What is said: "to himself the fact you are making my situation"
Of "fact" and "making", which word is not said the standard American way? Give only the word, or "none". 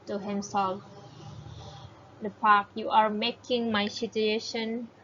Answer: fact